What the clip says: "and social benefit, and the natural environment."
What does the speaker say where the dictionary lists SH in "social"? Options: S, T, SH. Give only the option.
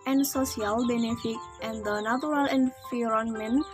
S